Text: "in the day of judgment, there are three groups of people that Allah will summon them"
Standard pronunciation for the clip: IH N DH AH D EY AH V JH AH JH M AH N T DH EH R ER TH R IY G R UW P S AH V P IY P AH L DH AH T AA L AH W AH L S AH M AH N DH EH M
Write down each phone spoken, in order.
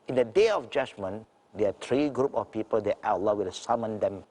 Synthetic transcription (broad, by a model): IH N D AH D EY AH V JH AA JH M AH N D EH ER T R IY G R UW P AH F P IY P AH L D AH T AA L AH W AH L S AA M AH N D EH M